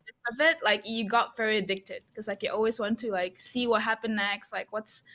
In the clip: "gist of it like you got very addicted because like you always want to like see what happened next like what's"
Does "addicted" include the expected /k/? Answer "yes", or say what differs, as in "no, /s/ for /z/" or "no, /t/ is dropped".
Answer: yes